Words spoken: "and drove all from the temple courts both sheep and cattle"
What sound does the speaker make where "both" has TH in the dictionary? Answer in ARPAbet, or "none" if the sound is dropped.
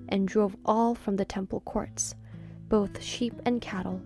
TH